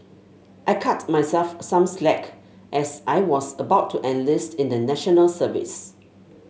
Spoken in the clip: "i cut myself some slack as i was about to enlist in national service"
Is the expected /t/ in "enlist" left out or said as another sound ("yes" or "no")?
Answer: no